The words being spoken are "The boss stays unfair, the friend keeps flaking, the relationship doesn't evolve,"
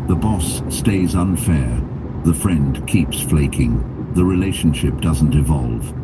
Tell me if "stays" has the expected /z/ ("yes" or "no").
yes